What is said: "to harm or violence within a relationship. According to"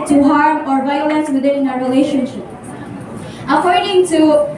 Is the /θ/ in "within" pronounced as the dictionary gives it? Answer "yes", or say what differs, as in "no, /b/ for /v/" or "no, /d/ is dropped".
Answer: no, /t/ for /θ/